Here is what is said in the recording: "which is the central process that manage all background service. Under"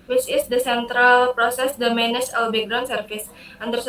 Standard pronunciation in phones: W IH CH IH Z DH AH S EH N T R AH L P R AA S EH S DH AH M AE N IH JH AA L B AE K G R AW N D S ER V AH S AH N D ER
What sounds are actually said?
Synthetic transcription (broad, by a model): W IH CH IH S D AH S EH N T R AH L P R AA S EH S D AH M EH N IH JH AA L B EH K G R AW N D S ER F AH S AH N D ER